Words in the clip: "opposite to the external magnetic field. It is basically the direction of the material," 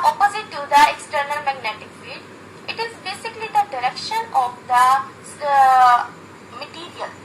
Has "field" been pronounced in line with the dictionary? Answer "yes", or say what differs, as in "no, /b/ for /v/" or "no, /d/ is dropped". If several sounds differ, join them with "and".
no, /l/ is dropped